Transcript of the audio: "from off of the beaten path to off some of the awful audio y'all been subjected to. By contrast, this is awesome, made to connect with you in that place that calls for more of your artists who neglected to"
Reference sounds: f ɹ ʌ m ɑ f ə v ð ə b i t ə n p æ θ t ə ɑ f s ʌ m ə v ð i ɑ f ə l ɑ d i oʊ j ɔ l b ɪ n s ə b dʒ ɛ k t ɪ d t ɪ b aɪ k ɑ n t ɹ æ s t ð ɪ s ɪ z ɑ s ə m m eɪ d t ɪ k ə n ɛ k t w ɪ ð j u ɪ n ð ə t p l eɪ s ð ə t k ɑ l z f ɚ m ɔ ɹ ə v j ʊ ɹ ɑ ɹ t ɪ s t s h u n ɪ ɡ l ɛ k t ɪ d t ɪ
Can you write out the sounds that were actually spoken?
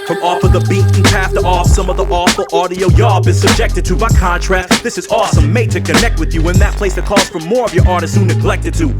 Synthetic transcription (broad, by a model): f ɹ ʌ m ɑ f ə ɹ ð ə b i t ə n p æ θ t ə ɑ f s ʌ m ə v ð i ɑ f l ɑ d i oʊ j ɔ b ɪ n s ə b dʒ ɛ k t ɪ d t ɪ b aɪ k ɑ n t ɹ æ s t ð ɪ s ɪ z ɑ s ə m m eɪ d t ɪ k ə n ɛ k t w ɪ ð j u ɪ n ð ə t p l eɪ s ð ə t k ɑ z f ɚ m ɔ ɹ ə v j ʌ ɹ ɑ ɹ t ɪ s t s h u n ɪ ɡ l ɛ k t ɪ d t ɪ